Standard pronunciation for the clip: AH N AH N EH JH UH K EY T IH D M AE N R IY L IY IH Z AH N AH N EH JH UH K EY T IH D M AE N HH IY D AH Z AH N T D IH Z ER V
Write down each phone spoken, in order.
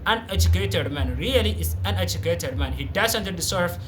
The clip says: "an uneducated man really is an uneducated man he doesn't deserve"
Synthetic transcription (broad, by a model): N AH N EH JH UH K EY T IH D M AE N R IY L IY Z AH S AH N EH JH UH K EY T IH D M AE N HH IY D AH S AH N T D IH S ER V